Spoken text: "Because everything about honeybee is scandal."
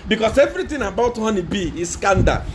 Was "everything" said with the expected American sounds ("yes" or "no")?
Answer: no